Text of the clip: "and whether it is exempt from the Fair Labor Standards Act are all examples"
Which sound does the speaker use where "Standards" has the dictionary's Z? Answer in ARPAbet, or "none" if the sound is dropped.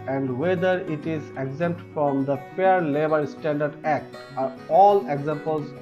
none